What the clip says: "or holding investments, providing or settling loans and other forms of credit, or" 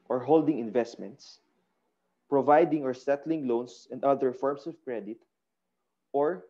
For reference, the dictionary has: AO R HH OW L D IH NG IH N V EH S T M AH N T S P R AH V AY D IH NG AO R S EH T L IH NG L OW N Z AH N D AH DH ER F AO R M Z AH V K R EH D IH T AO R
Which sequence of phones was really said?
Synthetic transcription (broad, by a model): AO R HH OW L D IH NG IH N V EH S T M AH N T S P R AH V AY D IH NG AO R S EH T L IH NG L OW N S AH N D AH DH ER F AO R M S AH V K R EH D IH T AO R